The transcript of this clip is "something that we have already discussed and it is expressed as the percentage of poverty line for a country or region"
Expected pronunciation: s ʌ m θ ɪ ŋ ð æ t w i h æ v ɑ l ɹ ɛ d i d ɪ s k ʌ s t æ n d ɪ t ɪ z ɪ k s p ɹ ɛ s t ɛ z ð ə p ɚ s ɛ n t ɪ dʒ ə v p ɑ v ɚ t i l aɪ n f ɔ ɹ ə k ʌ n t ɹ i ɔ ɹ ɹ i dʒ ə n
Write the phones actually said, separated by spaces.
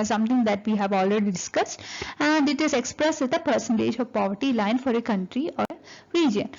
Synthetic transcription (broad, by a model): s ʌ m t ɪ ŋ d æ t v i h æ v ɑ l ɹ ɛ d i d ɪ s k ʌ s t æ n d ɪ t ɪ z ɪ k s p ɹ ɛ s t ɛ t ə p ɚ s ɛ n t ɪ dʒ ə v p ɑ v ɚ t i l aɪ n f ɔ ɹ ə k ʌ n t ɹ i ɔ ɹ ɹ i dʒ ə n